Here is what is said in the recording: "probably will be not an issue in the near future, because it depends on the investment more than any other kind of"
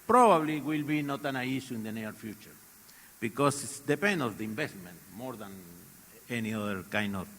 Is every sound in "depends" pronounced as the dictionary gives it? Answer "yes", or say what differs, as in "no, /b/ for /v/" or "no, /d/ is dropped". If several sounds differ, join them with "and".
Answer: no, /z/ is dropped